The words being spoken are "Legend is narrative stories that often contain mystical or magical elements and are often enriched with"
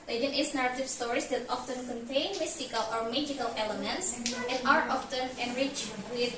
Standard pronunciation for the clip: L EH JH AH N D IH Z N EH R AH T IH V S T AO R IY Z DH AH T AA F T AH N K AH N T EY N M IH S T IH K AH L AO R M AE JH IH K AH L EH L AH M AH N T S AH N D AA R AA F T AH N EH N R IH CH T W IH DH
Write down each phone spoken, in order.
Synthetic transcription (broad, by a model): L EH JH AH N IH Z N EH R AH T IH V S T AO R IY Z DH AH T AA F T AH N K AH N T EY N M IH S T IH K AH L AO R M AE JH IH K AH L EH L AH M AH N T S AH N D AA R AA F T AH N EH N R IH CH W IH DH